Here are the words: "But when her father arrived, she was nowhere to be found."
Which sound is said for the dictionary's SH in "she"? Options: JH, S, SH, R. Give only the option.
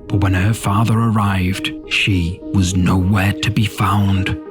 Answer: SH